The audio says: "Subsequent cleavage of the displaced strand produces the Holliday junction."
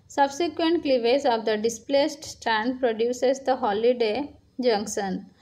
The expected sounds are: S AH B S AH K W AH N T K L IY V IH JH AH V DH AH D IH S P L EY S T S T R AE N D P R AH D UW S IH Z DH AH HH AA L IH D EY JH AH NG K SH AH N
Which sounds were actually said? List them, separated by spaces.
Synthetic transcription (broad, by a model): S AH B S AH K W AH N T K L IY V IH Z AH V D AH D IH S P L EY S T S T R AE N D P R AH D UW S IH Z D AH HH AA L IH D EY JH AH NG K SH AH N